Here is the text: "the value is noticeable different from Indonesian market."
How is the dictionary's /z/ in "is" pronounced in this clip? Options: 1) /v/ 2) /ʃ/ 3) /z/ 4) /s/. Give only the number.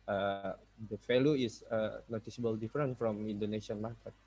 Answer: 4